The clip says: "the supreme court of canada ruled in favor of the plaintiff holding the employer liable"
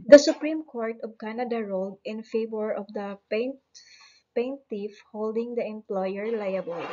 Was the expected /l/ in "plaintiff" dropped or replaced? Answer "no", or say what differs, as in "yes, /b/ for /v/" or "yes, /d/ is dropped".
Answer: yes, /n/ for /l/